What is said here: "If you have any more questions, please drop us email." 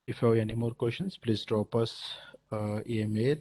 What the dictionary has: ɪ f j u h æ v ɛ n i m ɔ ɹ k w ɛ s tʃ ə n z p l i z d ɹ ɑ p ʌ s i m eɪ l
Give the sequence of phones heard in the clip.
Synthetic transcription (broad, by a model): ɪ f j u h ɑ ɛ n i m ɔ ɹ k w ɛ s ʃ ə n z p l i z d ɹ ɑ p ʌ s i m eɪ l